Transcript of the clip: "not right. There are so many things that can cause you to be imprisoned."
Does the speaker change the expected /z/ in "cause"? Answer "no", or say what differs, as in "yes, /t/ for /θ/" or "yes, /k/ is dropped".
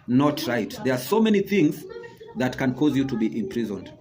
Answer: no